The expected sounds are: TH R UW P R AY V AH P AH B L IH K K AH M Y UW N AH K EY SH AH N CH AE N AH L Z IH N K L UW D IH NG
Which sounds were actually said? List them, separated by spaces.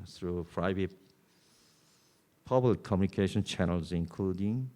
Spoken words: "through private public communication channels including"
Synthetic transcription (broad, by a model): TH R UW F R AY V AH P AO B IH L K AH M Y UW N AH K EY SH AH N CH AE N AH L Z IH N K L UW D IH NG